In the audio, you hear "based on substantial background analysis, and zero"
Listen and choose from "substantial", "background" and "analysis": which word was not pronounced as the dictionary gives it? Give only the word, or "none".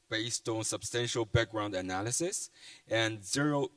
none